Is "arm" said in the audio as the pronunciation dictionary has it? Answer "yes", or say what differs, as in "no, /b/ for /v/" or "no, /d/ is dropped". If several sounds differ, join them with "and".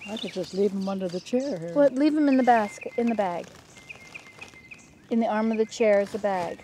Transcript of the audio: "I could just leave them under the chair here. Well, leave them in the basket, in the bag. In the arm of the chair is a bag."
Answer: yes